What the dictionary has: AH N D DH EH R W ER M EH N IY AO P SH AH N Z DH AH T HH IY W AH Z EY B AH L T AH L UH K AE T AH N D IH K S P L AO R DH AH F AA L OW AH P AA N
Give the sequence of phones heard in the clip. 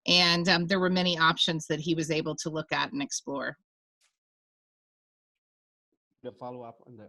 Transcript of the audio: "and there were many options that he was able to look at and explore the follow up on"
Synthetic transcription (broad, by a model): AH N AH DH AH R W ER M EH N IY AO P SH AH N Z DH AH T HH IY W AH Z EY B L T AH L UH K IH T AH N IH K S P L AO R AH F AA L OW AH P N